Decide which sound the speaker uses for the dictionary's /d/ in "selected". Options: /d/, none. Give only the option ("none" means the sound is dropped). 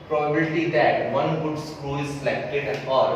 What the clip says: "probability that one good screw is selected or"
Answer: none